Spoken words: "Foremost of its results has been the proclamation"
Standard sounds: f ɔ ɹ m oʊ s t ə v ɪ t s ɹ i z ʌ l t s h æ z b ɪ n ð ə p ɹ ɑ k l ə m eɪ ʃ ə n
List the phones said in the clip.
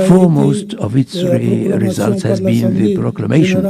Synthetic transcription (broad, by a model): f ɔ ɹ m oʊ s t ə v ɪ t s ɹ i z ʌ l t s h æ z b ɪ n ð ə p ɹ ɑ k l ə m eɪ ʃ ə n